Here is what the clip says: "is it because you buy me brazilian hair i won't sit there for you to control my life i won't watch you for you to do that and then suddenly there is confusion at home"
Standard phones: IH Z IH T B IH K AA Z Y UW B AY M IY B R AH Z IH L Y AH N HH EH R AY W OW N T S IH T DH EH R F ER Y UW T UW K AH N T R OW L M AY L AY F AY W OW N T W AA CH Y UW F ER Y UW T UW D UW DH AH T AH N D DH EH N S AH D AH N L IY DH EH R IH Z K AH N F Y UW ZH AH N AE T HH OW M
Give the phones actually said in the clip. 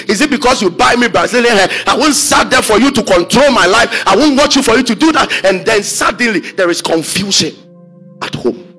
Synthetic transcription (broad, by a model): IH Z IH T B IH K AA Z Y UW B AY M IY B AH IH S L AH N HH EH AY W OW N T S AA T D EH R F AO Y UW T UW K AH N T R OW L M AY L AY F AY W OW N T W AA CH Y UW F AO Y UW T UW D UW DH AH T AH N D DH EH N S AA D N L IY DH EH R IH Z K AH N F Y UW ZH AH N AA T HH OW M